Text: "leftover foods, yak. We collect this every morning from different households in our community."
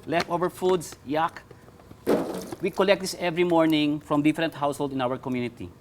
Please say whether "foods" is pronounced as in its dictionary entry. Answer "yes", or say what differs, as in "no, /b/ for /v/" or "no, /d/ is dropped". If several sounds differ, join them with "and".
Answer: no, /s/ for /z/